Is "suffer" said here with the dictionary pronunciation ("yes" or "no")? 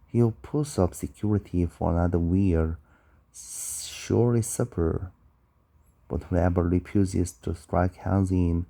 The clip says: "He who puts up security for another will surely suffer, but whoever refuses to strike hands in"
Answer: no